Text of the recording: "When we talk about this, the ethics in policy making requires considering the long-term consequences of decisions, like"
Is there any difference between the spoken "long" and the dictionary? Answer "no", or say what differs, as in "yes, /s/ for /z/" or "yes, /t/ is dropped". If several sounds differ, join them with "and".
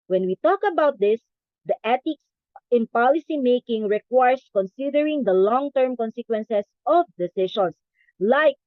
no